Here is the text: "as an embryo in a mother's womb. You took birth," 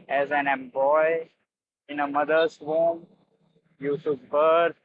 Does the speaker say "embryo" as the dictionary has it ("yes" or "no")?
no